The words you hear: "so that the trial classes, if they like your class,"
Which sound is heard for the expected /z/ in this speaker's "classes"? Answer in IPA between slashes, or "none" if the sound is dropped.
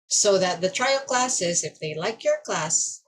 /z/